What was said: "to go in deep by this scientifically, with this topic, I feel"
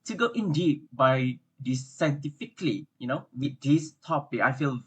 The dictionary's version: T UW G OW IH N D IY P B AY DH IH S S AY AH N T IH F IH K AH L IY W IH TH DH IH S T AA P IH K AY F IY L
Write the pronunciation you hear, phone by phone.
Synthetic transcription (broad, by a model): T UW G OW IH N D IY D B AY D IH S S AY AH N T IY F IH K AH N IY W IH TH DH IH S T AA P IH K AY F IY L